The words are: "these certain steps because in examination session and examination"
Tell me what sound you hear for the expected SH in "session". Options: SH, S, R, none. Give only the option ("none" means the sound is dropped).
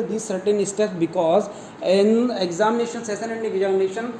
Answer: S